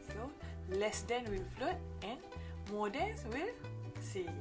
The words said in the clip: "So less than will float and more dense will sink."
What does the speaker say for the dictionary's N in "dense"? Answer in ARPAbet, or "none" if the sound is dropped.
N